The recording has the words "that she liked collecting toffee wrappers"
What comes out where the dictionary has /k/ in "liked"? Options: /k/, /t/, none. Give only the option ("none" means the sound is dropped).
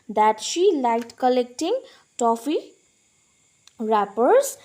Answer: none